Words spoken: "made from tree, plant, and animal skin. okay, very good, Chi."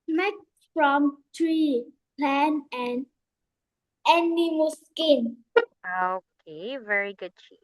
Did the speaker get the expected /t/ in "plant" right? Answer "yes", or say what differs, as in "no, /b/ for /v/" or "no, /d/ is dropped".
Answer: no, /t/ is dropped